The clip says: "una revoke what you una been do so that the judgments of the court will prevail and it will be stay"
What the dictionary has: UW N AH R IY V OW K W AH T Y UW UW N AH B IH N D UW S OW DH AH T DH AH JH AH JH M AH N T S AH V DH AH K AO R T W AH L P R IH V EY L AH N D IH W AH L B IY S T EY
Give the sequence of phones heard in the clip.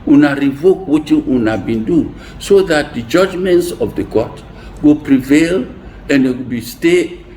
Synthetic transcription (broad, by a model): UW N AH R IY V OW K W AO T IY UW N AH B IH N D UW S OW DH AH T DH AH JH AH JH M AH N T S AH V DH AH K AO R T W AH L P R IH V EY L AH N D IH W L B IY S T EY